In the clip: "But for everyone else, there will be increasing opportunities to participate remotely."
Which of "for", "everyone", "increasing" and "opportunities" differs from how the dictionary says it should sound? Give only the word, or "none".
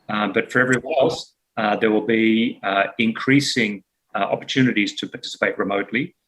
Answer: everyone